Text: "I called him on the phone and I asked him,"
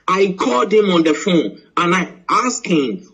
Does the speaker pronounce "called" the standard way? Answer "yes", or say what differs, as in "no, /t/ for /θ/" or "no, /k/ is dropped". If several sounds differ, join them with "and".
yes